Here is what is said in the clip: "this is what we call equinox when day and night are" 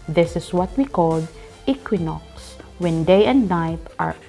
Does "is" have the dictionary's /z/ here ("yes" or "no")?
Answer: no